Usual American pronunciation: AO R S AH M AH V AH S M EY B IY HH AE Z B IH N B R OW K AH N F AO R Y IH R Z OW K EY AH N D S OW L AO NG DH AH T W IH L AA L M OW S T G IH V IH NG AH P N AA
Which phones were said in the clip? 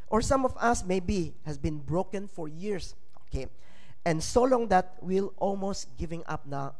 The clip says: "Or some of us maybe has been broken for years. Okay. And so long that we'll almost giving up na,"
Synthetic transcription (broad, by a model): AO R S AH M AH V AH S M EY B IY HH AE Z B IH N B R OW K AH N F AO R Y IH R S OW K EY AH N D S OW L AO NG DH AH T W IH L AA L M OW S T G IH V IH NG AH P N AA